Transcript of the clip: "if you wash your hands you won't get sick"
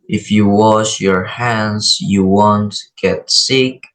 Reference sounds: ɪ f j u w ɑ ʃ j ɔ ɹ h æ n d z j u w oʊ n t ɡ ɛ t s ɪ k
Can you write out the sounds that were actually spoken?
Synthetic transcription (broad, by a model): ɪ f j u w ɑ ʃ j ɔ ɹ h æ n d z j u w oʊ n t ɡ ɛ t s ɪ k